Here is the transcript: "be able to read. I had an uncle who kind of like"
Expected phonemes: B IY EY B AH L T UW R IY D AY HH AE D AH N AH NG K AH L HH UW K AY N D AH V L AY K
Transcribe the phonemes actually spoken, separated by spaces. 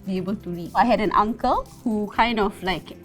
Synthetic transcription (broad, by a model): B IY EY B AH L T UW R IY AY HH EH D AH N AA NG K AH L HH UW K AY N D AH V L AY K